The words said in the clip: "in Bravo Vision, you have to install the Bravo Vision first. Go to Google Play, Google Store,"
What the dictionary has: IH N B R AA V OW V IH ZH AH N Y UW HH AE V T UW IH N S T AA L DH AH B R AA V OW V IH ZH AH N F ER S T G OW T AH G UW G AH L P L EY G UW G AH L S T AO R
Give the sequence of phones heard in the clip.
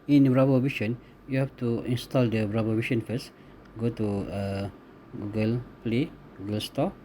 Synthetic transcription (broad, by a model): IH N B R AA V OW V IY SH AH N Y UW HH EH F T UW IH N S T AA L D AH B R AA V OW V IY SH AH N F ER S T G OW T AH G UW G AH L P L EY G UW G AH L S T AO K